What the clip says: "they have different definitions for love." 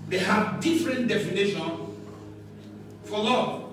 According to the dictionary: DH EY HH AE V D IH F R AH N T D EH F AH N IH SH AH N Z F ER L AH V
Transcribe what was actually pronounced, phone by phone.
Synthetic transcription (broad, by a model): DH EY HH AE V D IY F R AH N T D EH F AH N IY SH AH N F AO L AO